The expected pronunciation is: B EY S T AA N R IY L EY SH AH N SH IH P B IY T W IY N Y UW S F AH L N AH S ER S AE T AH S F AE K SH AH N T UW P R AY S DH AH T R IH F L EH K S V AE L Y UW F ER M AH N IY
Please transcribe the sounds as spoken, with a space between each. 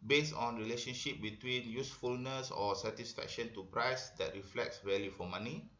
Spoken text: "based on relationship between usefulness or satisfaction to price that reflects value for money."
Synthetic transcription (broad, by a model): B EY S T AA N R IY L EY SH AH N SH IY P B IY T W IY N Y UW S F AH L N AH S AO S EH T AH S F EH K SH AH N T UW P R AY S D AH T R IH F L EH K S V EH L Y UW F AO M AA N IY